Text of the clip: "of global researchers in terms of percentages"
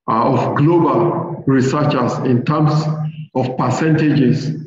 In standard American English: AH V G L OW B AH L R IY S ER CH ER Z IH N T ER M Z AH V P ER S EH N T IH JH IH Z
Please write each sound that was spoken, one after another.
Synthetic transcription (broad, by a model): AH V G L OW B AH L R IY S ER CH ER S IH N T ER M S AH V P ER S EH N T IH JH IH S